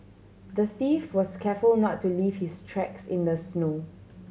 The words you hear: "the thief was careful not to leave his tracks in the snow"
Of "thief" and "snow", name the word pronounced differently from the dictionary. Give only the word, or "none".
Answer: none